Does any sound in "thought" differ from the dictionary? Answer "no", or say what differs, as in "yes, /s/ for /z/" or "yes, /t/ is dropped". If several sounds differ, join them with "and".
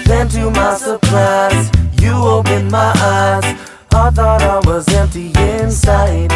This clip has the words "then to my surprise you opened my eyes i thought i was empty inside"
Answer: no